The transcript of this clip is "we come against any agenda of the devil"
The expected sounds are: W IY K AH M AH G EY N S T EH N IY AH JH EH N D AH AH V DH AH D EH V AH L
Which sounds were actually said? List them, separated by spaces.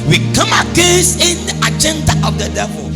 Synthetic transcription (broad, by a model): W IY K AH M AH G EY S IH N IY AH JH EH N D AH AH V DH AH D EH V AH